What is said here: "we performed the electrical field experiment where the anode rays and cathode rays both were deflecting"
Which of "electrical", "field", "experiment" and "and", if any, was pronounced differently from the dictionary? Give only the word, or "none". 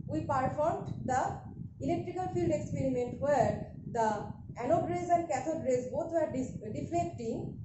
none